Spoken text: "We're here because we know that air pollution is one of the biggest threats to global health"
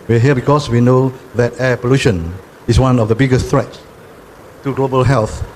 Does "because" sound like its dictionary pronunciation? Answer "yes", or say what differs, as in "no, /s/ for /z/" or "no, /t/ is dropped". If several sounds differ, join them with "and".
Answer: no, /s/ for /z/